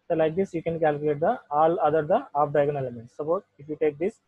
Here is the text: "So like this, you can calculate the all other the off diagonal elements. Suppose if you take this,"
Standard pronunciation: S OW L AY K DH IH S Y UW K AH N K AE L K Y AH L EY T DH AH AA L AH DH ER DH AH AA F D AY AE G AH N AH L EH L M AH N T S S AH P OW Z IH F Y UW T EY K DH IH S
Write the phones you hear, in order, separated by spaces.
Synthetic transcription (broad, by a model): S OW L AY K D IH S Y UW K AH N K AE L K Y L EY T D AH AA L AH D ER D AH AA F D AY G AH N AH L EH M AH N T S S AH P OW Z IH F Y UW T EY K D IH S